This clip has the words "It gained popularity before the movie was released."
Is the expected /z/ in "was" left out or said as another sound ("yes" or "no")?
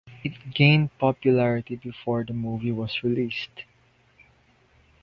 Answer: yes